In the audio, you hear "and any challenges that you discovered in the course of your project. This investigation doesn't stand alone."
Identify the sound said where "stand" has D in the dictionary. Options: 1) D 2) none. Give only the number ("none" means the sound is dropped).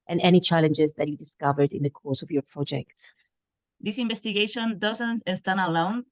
2